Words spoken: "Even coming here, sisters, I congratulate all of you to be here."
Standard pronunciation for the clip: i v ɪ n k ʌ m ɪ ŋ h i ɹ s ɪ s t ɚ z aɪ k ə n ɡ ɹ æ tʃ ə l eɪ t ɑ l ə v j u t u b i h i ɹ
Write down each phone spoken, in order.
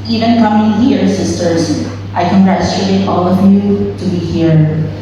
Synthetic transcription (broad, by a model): i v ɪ n k ʌ m ɪ ŋ h i ɹ s ɪ s t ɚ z aɪ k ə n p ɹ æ s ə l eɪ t ɑ l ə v j u t u b i h i ɹ